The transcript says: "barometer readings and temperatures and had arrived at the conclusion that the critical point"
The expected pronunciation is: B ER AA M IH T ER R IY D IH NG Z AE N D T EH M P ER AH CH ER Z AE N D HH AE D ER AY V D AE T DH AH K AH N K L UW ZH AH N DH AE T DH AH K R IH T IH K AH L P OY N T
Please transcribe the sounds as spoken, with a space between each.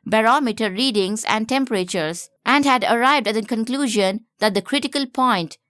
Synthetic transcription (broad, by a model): B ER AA M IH T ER R IY D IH NG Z AE N D T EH M P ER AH CH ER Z AE N D HH AE D ER AY V D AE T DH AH K AH N K L UW ZH AH N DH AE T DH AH K R IH T IH K AH L P OY N T